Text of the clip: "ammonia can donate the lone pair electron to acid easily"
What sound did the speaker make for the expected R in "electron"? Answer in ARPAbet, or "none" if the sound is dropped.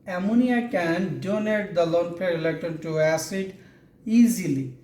none